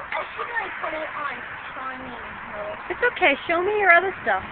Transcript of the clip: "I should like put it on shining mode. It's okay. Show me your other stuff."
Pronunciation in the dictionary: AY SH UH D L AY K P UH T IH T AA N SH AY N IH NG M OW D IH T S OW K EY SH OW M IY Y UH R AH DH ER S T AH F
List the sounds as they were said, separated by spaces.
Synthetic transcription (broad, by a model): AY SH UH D N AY P UH T IH T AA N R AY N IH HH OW IH T S OW K EY SH OW M IY Y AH R AH DH ER S T AH F